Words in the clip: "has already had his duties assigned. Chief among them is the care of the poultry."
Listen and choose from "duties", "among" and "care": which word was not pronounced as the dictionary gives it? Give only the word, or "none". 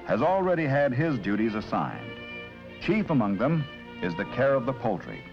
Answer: none